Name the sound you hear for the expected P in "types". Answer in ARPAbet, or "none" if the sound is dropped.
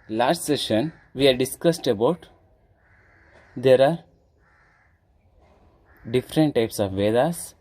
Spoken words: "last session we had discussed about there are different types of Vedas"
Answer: P